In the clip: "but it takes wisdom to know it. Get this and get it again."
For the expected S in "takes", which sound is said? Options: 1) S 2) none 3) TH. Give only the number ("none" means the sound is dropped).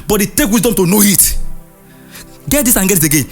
2